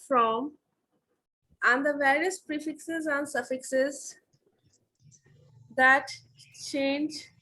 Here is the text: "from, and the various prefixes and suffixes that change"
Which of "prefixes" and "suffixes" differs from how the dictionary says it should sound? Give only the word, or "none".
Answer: none